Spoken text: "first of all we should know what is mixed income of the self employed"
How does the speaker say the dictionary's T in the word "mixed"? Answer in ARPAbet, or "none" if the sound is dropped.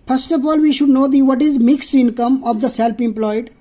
T